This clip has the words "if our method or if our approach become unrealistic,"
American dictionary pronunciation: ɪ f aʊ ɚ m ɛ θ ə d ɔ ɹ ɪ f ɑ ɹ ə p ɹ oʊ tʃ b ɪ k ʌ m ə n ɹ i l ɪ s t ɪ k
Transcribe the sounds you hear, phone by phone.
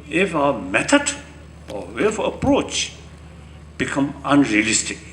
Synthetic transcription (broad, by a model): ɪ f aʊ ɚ m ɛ t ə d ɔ w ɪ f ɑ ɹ ə p ɹ oʊ tʃ b ɪ k ʌ m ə n ɹ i l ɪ s t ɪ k